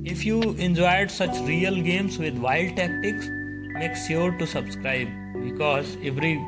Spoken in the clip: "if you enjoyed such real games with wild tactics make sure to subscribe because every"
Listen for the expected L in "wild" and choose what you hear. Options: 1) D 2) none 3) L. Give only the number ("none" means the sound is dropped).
2